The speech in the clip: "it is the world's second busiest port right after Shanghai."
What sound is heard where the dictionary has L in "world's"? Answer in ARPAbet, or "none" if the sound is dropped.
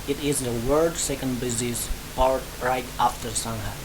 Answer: none